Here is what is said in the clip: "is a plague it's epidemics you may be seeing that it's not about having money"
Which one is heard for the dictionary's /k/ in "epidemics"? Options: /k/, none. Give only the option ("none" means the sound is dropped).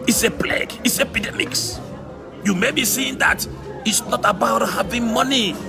/k/